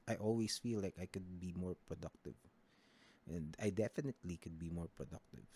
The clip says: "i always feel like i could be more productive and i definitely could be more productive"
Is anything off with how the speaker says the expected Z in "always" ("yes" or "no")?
yes